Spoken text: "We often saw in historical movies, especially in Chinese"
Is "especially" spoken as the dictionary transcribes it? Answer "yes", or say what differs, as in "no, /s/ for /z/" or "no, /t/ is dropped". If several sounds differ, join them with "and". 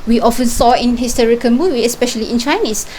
yes